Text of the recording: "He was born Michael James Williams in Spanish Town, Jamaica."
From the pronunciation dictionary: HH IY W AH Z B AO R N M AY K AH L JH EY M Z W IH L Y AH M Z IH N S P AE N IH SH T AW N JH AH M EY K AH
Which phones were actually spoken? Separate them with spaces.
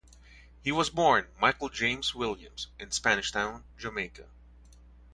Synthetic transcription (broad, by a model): HH IY W AH Z B AO R N M AY K L JH EY M Z W IH L Y AH M Z IH N S P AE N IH SH T AW N JH AH M EY K AH